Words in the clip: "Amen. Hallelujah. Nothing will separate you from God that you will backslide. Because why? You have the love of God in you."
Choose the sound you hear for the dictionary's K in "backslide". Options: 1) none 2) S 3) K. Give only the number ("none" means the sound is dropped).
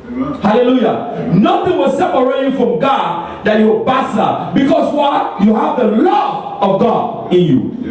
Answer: 1